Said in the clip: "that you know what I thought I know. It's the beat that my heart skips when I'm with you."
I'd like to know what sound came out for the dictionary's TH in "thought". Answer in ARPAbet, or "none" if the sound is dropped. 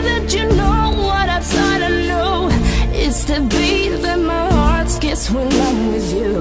S